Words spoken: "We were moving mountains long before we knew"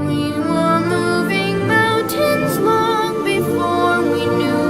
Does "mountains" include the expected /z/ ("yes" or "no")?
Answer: yes